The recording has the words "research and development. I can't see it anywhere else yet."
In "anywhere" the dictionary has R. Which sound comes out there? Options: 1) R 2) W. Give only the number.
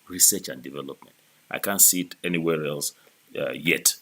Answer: 1